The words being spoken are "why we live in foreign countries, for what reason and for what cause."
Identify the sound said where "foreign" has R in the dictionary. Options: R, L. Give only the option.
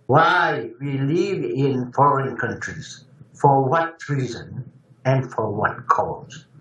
R